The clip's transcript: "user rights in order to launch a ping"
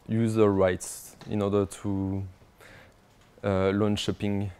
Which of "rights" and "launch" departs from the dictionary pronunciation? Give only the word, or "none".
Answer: launch